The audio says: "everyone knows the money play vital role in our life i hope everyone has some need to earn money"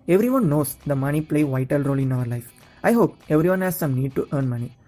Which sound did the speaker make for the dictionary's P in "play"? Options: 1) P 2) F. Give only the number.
1